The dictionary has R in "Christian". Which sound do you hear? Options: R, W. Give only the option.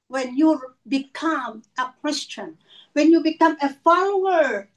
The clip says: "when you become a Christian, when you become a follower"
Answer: W